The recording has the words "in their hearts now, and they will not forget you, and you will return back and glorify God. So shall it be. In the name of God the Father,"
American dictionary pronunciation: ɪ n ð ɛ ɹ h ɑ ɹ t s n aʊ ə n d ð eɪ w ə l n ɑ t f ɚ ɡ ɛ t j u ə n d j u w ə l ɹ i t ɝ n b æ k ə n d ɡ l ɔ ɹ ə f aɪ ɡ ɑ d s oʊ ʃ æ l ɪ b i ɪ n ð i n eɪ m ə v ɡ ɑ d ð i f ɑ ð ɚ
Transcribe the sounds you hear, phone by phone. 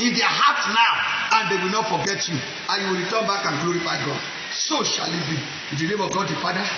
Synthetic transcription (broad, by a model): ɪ n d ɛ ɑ h ɑ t n aʊ ə n d eɪ w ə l n ɑ t f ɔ ɡ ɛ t j u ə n j u w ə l ɹ i t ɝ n b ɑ k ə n ɡ l ɔ ɹ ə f aɪ ɡ ɑ d s oʊ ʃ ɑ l ɪ b i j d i l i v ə ɡ ɑ d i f ɑ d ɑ